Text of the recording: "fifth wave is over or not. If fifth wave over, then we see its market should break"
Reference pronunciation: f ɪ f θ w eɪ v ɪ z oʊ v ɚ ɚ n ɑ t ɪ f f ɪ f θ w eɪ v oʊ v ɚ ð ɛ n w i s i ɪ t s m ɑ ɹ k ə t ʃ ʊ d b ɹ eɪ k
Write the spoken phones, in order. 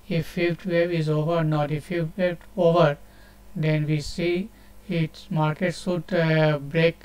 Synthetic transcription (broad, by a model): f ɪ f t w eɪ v ɪ z oʊ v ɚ ɚ n ɑ t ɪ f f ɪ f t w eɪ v oʊ v ɚ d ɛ n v i s i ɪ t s m ɑ ɹ k ə t s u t b ɹ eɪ k